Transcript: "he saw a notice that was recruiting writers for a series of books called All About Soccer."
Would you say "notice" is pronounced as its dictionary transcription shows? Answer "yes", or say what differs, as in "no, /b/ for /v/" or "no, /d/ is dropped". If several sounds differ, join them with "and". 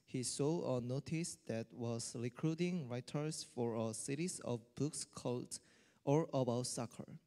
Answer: yes